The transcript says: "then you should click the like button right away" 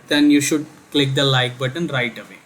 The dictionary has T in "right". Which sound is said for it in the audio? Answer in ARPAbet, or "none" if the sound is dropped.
T